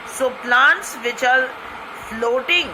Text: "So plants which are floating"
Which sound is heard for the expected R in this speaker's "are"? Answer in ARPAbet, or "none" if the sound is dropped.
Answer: L